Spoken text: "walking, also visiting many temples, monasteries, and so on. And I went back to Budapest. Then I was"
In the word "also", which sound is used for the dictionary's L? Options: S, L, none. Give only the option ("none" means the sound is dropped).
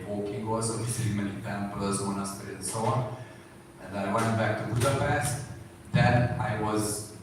none